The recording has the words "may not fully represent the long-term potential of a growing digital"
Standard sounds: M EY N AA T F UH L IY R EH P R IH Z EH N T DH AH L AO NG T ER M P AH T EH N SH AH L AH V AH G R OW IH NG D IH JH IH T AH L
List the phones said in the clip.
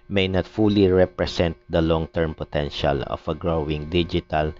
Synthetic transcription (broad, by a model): M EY N AA T F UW L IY R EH P R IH S EH N T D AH L AO NG T ER M P AH T EH N SH AH L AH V AH G R OW IH NG D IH JH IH T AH L